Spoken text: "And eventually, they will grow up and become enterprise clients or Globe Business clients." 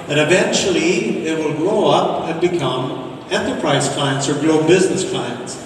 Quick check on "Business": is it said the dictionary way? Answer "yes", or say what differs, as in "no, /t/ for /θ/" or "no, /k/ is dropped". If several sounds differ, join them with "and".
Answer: yes